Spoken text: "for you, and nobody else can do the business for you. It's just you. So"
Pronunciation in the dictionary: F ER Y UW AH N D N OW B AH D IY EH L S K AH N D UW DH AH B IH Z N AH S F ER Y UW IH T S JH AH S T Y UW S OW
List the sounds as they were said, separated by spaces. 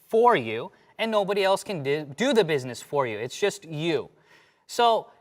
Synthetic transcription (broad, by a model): F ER Y UW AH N N OW B AH D IY EH L S K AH N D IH DH AH B IH Z N AH S F ER Y UW IH T S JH AH S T Y UW S OW